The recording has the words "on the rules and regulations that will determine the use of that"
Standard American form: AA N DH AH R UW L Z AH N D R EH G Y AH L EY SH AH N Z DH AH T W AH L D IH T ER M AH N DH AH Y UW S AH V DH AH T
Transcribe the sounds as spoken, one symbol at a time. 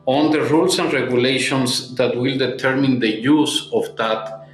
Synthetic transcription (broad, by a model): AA N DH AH R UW L S AH N D R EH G Y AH L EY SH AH N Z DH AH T W AH L D IH T ER M AH N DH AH Y UW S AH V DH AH T